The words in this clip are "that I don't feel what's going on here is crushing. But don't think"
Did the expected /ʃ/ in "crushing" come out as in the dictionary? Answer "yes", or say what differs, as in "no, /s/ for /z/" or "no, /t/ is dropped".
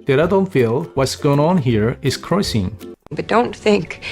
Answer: no, /s/ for /ʃ/